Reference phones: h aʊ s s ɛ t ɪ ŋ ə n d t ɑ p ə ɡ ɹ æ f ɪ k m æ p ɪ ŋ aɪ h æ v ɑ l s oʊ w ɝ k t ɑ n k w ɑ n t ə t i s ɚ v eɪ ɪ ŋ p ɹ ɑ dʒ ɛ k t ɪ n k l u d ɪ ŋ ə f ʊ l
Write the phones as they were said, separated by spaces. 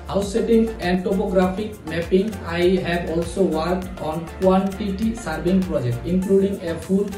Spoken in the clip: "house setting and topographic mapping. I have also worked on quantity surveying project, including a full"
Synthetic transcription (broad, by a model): h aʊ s s ɛ t ɪ ŋ ə n d t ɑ p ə ɡ ɹ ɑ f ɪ k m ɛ p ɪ ŋ aɪ h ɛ b ɑ l s oʊ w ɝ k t ɑ n k w ɑ n t ə t i s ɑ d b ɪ ŋ p ɹ ɑ dʒ ɛ k t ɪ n k l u d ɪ ŋ ə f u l